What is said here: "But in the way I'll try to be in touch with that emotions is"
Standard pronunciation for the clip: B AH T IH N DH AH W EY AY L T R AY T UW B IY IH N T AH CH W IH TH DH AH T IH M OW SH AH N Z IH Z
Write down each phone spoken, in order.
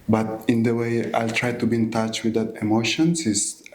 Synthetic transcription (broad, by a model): B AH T IH N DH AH W EY AY L T R AY T UW B IY IH N T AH CH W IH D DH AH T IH M OW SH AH N S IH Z